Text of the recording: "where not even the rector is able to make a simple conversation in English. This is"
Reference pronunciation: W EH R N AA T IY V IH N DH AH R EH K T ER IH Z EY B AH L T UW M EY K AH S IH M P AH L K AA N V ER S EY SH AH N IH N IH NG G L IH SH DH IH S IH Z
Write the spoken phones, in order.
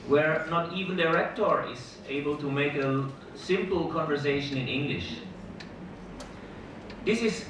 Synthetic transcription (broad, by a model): W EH R N AA T IY V IH N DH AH R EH K T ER IH Z EY B AH L T UW M EY K AH S IH M P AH L K AA N V ER S EY SH AH N IH N IH NG G L IH SH DH IH S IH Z